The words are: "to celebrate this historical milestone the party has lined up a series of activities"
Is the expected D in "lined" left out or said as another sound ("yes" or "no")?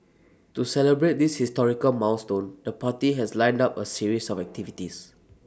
no